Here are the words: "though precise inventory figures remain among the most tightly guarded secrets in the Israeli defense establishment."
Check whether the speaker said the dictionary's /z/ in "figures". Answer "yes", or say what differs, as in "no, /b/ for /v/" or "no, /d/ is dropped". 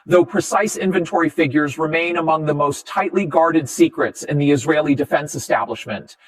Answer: yes